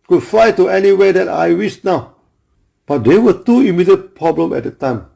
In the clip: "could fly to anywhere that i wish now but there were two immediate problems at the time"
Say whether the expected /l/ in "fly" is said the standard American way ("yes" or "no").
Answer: no